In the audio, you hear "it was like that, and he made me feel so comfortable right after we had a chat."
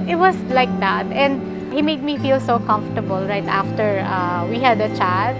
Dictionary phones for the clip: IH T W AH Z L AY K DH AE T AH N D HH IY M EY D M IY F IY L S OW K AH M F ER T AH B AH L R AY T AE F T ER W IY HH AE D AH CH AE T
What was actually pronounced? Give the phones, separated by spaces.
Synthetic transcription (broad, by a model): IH T W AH S L AY K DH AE T AH N D HH IY M EY D M IY F IY L S OW K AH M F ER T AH B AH L R AY T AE F T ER W IY HH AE D AH CH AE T